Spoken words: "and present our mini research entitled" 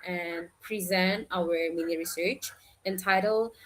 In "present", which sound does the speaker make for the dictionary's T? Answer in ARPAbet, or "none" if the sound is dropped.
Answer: T